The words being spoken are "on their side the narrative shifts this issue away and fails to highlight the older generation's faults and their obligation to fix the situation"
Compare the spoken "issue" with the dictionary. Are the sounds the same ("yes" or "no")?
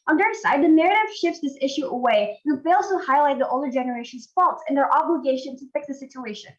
yes